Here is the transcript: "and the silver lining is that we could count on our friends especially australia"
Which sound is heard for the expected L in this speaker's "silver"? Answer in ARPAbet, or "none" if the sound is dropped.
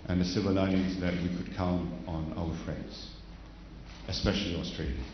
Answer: none